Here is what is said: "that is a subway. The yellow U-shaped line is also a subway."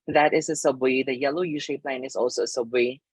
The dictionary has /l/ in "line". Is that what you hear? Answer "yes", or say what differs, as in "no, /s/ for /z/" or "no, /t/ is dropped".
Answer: yes